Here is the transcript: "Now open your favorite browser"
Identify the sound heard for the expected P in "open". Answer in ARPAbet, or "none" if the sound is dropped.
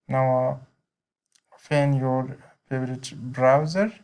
F